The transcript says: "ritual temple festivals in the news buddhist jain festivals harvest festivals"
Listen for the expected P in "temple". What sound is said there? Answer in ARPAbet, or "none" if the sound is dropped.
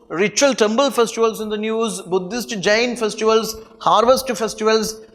B